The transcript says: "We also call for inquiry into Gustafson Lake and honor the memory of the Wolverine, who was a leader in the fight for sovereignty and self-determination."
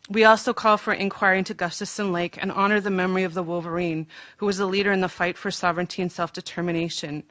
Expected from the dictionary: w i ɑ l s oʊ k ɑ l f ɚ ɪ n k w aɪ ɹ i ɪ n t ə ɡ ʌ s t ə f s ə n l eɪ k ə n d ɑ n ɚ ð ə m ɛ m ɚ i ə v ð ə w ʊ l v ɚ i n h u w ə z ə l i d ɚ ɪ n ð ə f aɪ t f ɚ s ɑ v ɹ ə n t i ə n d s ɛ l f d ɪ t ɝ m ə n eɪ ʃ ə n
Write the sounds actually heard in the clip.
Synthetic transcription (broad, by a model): w i ɑ l s oʊ k ɑ l f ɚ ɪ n k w aɪ ɹ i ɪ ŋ t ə ɡ ʌ s t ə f s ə n l eɪ k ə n ɑ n ɚ ð ə m ɛ m ɚ i ə v ð ə w ʊ l v ɚ i n h u w ə z ə l i d ɚ ɪ n ð ə f aɪ t f ɚ s ɑ v ɹ ə n t i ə n s ɛ l f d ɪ t ɝ m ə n eɪ ʃ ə n